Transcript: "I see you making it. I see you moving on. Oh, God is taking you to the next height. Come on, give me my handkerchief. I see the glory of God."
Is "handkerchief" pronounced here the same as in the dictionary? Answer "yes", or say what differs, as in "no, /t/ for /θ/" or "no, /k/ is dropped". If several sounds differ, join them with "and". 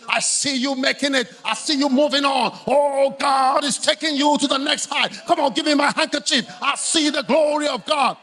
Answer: yes